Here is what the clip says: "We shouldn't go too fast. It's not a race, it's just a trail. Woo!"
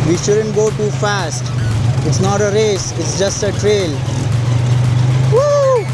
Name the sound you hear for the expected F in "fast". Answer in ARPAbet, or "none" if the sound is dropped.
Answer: F